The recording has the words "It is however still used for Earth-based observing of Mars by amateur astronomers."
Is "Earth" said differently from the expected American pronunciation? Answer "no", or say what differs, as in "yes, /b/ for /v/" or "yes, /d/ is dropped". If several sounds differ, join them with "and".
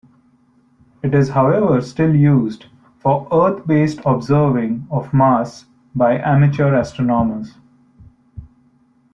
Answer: yes, /t/ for /θ/